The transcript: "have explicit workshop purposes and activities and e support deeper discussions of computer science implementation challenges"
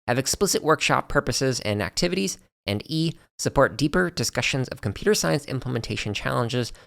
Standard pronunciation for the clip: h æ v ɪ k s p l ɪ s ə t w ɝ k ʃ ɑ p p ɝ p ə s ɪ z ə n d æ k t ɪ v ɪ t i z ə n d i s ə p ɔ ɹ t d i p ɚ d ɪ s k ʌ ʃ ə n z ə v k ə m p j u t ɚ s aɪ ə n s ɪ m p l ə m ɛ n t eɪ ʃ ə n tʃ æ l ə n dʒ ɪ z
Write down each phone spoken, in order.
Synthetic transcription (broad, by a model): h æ v ɪ k s p l ɪ s ə t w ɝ k ʃ ɑ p p ɝ p ə s ɪ z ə n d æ k t ɪ v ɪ t i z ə n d i s ə p ɔ ɹ t d i p ɚ d ɪ s k ʌ ʃ ə n z ə v k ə m p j u t ɚ s aɪ ə n s ɪ m p l ə m ɛ n t eɪ ʃ ə n tʃ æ l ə n dʒ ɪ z